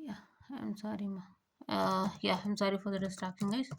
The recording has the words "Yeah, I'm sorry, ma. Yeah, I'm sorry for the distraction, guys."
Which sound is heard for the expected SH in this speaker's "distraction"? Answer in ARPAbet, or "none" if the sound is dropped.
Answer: none